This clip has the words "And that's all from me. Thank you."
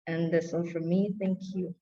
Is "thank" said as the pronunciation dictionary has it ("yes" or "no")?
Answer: yes